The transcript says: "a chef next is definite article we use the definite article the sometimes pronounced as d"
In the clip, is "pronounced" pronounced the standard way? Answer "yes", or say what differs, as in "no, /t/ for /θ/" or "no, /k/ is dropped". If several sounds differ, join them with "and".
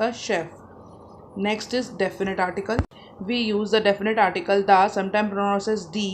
no, /n/ is dropped and /t/ is dropped